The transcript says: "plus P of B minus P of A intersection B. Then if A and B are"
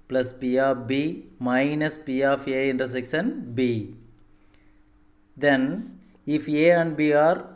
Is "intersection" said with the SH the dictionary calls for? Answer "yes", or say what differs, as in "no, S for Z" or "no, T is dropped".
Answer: no, S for SH